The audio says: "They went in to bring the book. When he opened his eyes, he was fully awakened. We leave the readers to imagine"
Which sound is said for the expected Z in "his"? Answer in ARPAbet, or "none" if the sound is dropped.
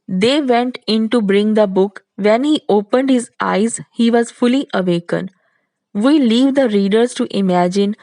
Z